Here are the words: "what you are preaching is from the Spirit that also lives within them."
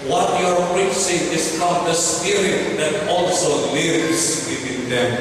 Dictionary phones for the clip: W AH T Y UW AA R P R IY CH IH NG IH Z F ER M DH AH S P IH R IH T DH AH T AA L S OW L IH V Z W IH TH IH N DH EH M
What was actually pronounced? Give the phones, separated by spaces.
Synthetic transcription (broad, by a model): W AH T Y AA R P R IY S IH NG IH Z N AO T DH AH S P IH R IH T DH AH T AA L S OW L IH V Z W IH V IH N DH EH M